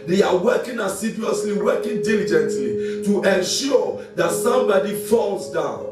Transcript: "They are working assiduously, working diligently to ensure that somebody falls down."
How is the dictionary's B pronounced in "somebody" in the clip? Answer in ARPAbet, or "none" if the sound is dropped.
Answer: B